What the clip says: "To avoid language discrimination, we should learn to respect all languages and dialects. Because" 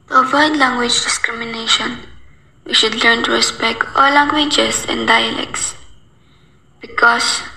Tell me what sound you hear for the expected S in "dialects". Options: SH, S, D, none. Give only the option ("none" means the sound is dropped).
S